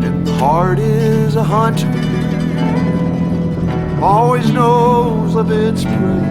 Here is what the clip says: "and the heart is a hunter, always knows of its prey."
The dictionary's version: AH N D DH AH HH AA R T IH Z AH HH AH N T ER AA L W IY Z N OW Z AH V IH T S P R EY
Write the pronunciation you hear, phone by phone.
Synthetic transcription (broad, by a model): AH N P AA R T IH Z AH HH AH N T AA L W IY Z N OW Z AH V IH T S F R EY